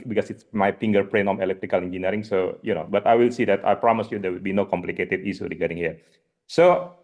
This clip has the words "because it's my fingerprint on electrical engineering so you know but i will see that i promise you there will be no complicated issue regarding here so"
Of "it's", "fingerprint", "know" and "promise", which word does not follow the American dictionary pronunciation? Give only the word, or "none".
fingerprint